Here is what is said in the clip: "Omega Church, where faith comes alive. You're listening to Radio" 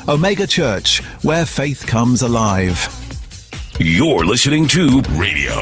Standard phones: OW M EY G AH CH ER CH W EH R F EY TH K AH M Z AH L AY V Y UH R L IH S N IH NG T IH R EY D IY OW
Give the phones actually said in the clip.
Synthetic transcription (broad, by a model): OW M EY G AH CH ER CH W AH F EY TH K AH M Z AH L AY V Y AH R L IH S N IH NG T IH R EY D IY OW